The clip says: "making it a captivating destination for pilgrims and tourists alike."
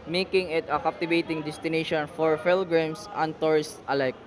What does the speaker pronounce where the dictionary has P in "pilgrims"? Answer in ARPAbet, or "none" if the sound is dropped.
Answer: F